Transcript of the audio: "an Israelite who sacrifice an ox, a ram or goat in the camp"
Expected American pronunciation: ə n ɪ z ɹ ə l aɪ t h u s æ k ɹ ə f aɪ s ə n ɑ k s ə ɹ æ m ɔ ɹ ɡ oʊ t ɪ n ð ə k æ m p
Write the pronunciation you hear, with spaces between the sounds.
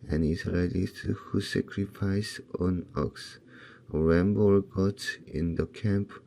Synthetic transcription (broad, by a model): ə n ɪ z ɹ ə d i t h u s æ k ɹ ə f aɪ s ə n ɑ k s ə ɹ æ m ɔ l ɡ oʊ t ɪ n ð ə k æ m p